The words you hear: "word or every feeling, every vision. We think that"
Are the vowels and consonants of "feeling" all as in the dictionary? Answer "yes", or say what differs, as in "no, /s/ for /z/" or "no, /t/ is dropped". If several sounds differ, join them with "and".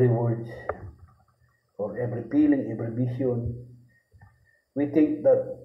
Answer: no, /p/ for /f/